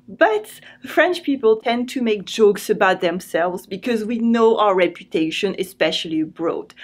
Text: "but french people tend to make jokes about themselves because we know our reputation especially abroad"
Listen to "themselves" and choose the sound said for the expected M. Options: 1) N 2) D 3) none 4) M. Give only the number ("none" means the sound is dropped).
4